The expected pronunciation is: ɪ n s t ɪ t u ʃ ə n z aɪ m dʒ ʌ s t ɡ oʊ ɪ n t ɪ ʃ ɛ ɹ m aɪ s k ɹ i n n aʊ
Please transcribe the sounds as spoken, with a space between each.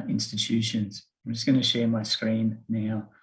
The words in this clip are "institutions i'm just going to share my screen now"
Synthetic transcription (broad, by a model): ɪ n s t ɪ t u ʃ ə n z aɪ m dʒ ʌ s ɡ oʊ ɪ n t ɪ ʃ ɛ ɹ m aɪ s k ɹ i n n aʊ